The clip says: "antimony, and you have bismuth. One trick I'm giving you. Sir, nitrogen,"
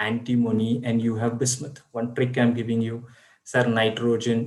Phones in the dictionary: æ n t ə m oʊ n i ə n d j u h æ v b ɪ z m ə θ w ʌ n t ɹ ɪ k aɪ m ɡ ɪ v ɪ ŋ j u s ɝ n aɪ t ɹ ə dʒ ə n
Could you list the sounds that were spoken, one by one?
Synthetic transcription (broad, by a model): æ n t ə m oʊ n i ə n d j u h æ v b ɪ s m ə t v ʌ n t ɹ ɪ k aɪ m ɡ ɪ v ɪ ŋ j u s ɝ n aɪ t ɹ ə dʒ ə n